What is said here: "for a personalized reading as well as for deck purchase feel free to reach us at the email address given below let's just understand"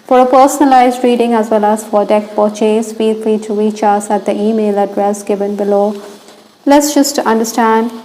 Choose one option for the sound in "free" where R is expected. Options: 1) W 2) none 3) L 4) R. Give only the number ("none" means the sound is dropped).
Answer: 3